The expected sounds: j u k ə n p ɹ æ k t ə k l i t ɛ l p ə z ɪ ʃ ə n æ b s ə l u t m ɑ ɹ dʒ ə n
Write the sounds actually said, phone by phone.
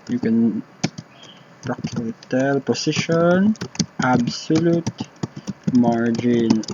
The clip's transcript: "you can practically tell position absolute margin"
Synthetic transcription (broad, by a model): j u k ə n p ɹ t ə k i t ɛ l p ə s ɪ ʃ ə n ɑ b s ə l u t m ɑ ɹ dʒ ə n